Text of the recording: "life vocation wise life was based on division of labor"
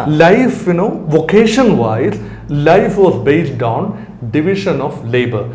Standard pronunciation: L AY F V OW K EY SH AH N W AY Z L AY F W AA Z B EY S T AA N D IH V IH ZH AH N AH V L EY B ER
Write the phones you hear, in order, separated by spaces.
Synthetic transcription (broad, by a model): L AY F V OW K EY SH AH N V AY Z L AY F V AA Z B EY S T AA N D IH V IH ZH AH N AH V L EY B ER